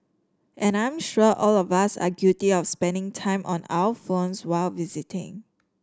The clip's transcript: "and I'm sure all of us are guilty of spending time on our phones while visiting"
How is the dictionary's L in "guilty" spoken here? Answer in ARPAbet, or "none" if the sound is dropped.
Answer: none